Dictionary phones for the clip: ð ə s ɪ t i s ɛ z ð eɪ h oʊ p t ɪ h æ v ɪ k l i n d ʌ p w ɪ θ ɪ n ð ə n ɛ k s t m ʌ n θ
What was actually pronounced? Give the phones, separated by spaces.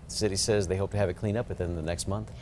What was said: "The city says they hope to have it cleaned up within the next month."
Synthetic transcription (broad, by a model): ð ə s ɪ t i s ɛ z ð eɪ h oʊ p t ɪ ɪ v ɪ k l i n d ʌ p w ɪ θ ɪ n ð ə n ɛ k s t m ʌ n θ